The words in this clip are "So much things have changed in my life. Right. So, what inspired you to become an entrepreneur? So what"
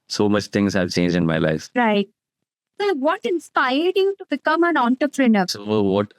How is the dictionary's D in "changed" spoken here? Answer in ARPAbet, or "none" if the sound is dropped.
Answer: none